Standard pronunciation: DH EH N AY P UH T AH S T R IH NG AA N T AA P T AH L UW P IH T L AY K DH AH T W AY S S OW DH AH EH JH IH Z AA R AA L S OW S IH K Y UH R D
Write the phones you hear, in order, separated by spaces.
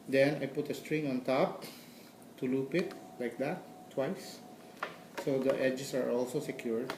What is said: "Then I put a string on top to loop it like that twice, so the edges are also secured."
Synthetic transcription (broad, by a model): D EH N AY P UH T AH S T R IH NG AA N T AA P T AH L UW P IH T L AY K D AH T W AY S S OW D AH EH JH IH S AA R AA L S OW S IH K Y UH R D